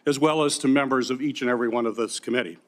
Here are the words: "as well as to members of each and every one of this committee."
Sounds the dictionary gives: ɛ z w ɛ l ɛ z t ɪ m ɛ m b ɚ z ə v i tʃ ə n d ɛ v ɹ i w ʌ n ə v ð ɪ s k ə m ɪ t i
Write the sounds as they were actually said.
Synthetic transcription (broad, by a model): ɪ z w ɛ l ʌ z t ɪ m ɛ m b ɚ z ə v i tʃ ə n ɛ v ɹ i w ʌ n ə v ð ɪ s k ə m ɪ t i